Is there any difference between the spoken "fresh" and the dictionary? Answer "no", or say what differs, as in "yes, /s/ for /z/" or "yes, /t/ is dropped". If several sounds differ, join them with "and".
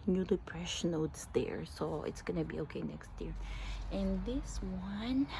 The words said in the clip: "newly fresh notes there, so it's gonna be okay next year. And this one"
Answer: yes, /p/ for /f/